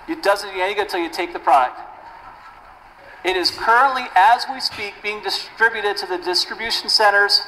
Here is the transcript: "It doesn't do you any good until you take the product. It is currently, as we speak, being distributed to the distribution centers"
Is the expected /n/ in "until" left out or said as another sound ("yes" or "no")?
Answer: yes